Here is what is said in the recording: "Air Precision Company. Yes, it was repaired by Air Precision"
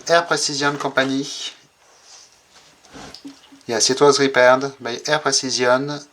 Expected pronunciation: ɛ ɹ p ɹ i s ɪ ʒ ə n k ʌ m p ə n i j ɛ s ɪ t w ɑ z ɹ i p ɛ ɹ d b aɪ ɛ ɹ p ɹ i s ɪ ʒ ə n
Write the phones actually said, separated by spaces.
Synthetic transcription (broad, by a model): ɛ ɹ p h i s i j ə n k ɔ p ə n i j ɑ s ɪ t w ɑ z ɹ i p ɛ ɹ d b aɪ ɛ ɹ p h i s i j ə n